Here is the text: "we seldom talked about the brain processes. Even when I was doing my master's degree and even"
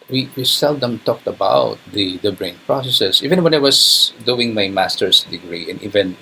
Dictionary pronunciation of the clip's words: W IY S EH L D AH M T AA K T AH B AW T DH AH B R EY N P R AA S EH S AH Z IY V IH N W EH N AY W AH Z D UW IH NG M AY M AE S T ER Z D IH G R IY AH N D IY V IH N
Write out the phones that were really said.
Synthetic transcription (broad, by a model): W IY S EH L D AH M T AA K T AH B AW T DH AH B R EY N P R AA S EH S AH S IY V IH N W EH N AY W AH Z D UW IH NG M AY M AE S T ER S D IH G R IY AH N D IY V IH N